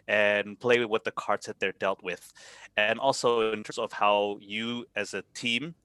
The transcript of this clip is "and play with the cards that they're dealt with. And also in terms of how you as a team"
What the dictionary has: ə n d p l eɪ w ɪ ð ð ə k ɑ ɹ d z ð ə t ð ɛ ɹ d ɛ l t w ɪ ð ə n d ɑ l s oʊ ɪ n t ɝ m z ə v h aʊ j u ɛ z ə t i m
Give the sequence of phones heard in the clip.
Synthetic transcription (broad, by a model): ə n p l eɪ w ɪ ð ð ə k ɑ ɹ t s ð ə t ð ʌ ɹ d ɛ l t w ɪ ð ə n ɑ l s oʊ ɪ n t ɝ z ə v h aʊ j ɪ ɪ z ə t i m